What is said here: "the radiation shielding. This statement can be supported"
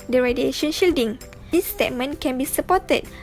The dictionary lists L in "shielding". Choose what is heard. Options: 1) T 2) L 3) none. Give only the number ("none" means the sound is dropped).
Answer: 2